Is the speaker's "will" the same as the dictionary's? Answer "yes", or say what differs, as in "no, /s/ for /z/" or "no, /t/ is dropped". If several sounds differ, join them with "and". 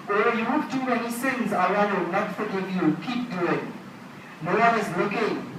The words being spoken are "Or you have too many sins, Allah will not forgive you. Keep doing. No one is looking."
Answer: no, /n/ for /l/